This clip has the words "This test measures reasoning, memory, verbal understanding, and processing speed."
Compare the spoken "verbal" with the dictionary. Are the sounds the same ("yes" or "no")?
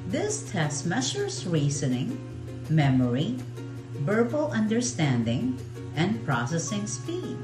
no